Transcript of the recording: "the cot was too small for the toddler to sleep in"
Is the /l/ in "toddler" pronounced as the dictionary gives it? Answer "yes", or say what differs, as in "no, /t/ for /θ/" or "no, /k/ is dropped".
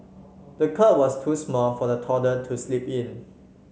no, /l/ is dropped